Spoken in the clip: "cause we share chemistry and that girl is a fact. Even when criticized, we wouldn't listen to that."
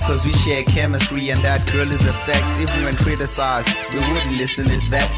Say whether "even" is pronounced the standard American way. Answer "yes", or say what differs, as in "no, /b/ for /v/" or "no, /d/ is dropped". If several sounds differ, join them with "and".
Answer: no, /w/ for /v/